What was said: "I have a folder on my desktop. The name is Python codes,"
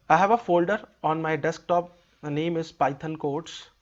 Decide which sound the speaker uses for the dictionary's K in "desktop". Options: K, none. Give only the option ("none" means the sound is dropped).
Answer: K